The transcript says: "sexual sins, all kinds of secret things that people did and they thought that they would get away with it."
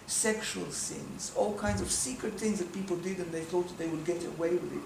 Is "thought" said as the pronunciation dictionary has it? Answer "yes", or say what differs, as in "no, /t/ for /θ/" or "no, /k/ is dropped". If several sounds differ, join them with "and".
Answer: yes